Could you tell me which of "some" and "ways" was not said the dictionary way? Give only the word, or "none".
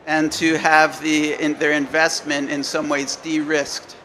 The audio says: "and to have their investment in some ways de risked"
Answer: none